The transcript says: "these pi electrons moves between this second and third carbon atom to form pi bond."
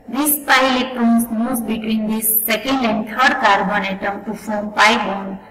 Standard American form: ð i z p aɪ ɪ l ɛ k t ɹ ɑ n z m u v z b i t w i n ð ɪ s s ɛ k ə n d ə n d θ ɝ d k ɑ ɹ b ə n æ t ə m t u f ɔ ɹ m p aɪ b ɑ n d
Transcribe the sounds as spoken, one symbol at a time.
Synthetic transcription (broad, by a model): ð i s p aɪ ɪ l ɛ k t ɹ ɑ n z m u z b i t w i n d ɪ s s ɛ k ə n d ə n d t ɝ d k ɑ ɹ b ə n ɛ t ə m t u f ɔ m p aɪ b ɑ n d